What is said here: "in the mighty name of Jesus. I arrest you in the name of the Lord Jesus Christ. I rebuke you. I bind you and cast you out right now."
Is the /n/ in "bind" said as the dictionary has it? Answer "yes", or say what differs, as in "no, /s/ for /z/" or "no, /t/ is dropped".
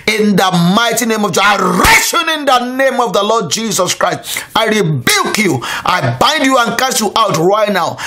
yes